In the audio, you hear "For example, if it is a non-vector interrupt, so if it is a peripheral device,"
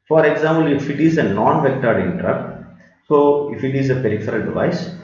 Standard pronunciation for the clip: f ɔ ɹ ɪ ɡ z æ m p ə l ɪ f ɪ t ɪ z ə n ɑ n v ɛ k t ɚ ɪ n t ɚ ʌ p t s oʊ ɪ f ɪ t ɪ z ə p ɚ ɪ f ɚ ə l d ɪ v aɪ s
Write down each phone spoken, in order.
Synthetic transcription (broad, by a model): f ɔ ɹ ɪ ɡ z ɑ m p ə l ɪ f ɪ t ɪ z ə n ɑ n v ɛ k t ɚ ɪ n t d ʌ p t s oʊ ɪ f ɪ t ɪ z ə p ɚ ɪ f ɚ ə l d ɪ v aɪ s